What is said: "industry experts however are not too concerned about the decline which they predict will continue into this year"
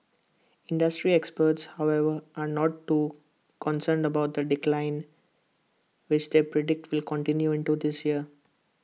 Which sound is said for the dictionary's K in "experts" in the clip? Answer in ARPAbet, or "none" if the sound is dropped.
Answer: K